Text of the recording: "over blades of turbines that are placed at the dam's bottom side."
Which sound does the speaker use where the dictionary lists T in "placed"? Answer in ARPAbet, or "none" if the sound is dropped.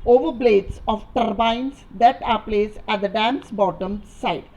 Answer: none